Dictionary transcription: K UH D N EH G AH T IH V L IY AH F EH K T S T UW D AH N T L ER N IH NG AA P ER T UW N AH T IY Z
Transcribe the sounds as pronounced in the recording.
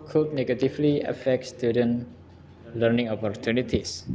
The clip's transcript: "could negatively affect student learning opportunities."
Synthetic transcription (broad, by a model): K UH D N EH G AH T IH F L IY AH F EH K T S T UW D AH N L ER N IH NG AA P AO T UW N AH T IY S